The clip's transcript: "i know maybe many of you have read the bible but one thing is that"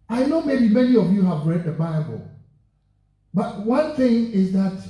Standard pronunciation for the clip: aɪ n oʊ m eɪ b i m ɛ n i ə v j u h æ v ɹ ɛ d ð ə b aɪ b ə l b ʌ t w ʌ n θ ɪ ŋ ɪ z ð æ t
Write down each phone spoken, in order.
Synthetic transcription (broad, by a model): aɪ n oʊ m eɪ b i m ɛ n i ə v j u h æ v ɹ ɛ d ð ə b aɪ b ə l b ʌ t w ʌ n θ ɪ ŋ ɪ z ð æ t